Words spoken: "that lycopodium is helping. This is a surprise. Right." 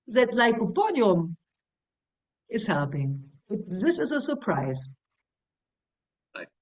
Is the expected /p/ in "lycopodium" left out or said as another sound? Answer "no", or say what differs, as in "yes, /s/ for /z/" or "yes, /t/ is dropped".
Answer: yes, /b/ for /p/